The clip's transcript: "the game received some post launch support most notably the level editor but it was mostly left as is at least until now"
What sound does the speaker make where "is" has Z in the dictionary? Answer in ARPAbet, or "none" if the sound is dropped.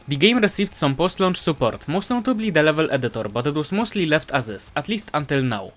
S